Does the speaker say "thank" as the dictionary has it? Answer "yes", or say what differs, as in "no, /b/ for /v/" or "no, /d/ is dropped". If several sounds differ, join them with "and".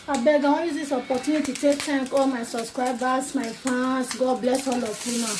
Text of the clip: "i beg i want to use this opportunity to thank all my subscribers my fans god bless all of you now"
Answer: no, /t/ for /θ/